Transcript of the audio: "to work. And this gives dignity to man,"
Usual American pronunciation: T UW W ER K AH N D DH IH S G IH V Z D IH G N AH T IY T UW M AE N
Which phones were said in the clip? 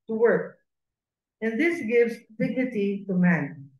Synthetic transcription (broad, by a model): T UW W ER K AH N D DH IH S G IH V Z D IH G N AH T IY T UW M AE N